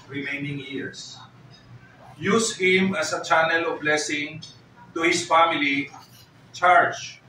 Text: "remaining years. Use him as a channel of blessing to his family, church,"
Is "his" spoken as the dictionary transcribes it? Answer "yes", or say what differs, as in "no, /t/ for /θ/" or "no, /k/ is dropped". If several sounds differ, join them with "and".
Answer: no, /s/ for /z/